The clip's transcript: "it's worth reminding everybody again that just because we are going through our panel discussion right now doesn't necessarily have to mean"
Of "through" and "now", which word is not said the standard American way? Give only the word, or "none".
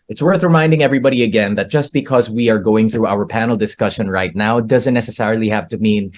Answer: none